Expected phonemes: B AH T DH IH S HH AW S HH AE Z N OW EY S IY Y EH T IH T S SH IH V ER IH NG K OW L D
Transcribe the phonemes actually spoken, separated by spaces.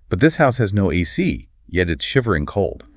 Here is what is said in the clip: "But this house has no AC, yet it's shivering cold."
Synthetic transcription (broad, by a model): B AH T DH IH S HH AW S HH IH Z N OW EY S IY Y EH T IH T S SH IH V ER IH NG K OW L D